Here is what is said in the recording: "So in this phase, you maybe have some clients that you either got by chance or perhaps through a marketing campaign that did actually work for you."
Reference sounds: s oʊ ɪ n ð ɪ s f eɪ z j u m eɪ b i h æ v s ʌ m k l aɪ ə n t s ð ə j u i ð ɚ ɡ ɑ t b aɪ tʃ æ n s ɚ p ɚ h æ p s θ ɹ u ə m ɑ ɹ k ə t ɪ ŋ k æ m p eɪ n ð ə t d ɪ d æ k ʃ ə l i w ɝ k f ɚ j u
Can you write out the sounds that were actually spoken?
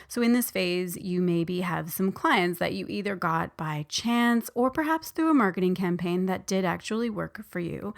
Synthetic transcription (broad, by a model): s oʊ ɪ n ð ɪ s f eɪ z j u m eɪ b i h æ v s ʌ m k l aɪ ə n t s ð ə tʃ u i ð ɚ ɡ ɑ t b aɪ tʃ æ n s ɚ p ɚ h æ p s θ ɹ u ə m ɑ ɹ k ə t ɪ ŋ k æ m p eɪ n ð ə t d ɪ d æ k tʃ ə l i w ɝ k f ɚ j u